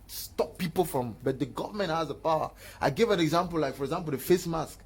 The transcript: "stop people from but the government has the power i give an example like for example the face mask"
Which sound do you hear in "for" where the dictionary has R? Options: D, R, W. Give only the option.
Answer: R